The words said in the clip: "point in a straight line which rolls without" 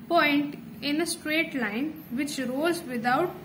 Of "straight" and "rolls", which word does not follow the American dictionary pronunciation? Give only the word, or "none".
rolls